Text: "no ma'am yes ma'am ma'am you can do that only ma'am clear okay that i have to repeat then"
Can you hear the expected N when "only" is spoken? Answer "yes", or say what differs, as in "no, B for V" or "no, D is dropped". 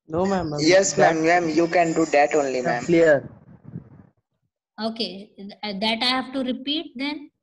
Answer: yes